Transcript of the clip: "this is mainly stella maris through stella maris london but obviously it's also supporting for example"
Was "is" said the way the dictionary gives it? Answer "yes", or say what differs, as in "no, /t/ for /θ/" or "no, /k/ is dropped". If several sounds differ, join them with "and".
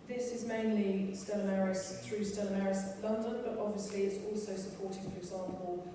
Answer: yes